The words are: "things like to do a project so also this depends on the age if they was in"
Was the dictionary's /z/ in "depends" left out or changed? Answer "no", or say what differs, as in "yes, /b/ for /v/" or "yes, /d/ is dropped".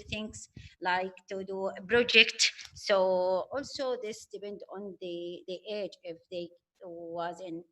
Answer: yes, /z/ is dropped